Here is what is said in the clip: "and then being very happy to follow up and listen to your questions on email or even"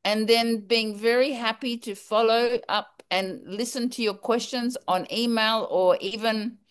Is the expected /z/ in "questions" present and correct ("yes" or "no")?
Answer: yes